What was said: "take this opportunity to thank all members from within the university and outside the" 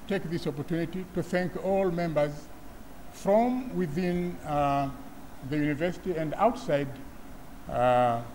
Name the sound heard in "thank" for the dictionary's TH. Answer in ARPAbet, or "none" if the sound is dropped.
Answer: TH